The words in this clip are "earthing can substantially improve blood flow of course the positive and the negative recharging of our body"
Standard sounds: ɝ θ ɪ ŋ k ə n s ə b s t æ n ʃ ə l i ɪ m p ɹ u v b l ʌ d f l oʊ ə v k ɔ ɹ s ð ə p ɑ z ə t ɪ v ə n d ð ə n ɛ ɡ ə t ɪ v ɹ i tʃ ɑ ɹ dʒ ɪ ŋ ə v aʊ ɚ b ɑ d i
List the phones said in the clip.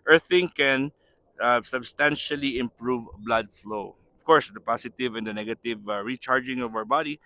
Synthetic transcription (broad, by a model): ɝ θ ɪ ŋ k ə n s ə b s t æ n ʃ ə l i ɪ m p ɹ u v b l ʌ d f l oʊ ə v k ɔ ɹ s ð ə p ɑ s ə t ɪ v ə n d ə n ɛ ɡ ə t ɪ v ɹ i tʃ ɑ ɹ dʒ ɪ ŋ ə v aʊ ɚ b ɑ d i